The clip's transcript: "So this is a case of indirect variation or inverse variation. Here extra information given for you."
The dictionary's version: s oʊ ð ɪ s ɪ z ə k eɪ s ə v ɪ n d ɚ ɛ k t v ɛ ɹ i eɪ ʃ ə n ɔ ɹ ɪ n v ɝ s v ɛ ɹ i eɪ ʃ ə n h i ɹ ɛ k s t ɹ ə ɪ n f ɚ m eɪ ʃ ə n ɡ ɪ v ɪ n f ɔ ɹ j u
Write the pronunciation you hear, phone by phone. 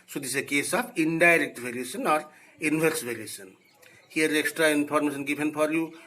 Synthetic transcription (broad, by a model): s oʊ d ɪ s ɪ k eɪ s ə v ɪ n d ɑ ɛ k t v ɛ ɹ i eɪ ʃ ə n ɔ ɹ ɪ n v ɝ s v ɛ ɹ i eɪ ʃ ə n h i ɹ ɛ k s t ɹ ə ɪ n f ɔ m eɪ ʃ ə n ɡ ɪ p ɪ n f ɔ ɹ j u